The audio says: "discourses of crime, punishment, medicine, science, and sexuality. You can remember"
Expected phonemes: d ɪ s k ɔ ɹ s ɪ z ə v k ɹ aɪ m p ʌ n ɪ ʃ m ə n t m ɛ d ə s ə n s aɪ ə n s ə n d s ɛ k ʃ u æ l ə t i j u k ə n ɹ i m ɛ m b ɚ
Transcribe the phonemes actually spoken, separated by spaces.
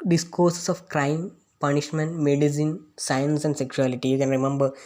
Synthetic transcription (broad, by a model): d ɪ s k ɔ ɹ s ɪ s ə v k ɹ aɪ m p ʌ n ɪ ʃ m ə n t m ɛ d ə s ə n s aɪ ə n s ə n d s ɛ k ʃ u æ l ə t i j u k ə n ɹ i m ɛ m b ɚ